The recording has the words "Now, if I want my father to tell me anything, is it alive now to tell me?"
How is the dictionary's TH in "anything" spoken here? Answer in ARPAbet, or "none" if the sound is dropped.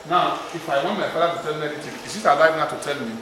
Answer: T